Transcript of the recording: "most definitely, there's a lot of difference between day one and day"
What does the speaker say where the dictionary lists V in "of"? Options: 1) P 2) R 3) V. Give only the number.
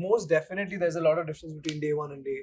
3